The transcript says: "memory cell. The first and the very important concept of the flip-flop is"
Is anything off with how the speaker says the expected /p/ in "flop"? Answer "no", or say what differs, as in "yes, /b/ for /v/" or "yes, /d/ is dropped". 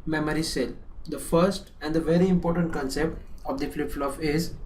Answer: yes, /f/ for /p/